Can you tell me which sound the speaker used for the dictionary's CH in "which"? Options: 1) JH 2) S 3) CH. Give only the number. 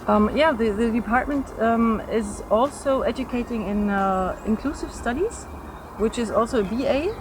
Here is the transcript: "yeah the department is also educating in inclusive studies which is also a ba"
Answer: 3